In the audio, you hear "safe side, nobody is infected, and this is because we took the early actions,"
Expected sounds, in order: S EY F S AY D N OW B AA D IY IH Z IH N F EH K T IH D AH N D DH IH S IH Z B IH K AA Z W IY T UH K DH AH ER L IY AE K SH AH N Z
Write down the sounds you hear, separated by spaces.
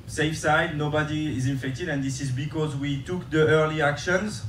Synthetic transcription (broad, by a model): S EY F S AY D N OW B AA D IY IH Z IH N F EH K T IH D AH N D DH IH S IH Z B IH K AA Z W IY T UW K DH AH ER L IY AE K SH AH N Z